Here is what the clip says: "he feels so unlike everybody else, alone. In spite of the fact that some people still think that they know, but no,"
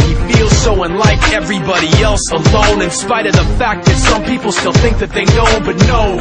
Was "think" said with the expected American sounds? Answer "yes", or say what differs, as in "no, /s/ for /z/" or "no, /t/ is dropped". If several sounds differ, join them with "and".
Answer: yes